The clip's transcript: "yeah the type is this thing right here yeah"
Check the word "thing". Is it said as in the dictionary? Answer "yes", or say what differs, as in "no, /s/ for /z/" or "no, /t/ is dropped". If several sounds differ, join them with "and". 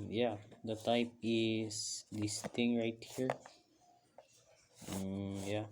no, /t/ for /θ/